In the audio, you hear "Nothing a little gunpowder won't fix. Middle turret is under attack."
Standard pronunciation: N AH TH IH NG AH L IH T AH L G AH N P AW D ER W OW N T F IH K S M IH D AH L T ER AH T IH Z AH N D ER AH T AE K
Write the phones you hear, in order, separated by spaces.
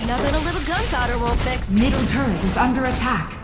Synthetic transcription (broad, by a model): N AH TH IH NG AH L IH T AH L G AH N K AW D ER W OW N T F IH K M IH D L T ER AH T IH Z AH N D ER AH T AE K